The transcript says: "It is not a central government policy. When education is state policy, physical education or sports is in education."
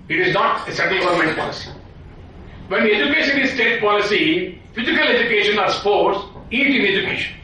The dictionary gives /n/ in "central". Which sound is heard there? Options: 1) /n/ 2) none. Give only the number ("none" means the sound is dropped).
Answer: 2